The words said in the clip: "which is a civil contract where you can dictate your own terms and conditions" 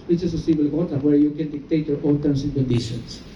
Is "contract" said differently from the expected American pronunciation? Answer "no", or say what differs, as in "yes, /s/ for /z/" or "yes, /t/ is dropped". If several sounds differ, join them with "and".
yes, /n/ is dropped and /ɹ/ is dropped